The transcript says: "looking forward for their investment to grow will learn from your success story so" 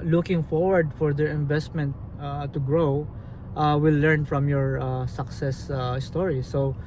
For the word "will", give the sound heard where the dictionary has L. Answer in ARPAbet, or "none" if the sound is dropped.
W